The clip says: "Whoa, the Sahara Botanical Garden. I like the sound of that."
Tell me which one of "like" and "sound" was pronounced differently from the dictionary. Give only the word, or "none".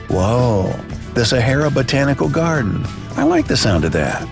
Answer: none